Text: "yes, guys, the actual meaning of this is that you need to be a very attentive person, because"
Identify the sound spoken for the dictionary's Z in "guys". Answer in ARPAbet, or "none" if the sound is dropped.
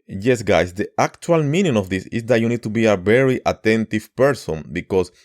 S